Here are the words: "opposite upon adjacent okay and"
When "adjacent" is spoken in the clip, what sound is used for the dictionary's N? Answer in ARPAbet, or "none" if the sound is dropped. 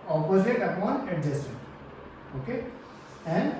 none